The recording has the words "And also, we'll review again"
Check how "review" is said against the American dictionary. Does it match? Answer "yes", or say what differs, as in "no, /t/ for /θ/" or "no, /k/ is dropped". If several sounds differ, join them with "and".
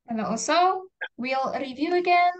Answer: yes